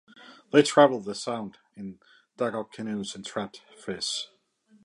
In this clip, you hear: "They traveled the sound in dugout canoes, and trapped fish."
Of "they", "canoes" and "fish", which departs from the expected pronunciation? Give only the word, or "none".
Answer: fish